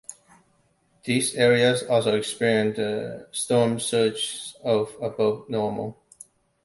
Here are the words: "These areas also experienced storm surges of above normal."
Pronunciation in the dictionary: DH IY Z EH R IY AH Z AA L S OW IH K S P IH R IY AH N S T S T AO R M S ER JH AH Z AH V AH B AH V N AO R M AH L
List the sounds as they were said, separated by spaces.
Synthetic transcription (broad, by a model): DH IY Z EH R IY AH Z AA L S OW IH K S P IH R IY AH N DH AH S T AO R M S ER CH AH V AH B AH UH N AO R M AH L